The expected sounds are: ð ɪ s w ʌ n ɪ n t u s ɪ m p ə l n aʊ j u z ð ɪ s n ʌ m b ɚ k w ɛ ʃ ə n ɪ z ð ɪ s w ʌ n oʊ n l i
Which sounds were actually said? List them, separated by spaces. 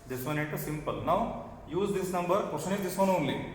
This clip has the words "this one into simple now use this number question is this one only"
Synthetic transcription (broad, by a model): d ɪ s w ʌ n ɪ t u s ɪ m p ə l n aʊ j u z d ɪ s n ʌ m b ɚ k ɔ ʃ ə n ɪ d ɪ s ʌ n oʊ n l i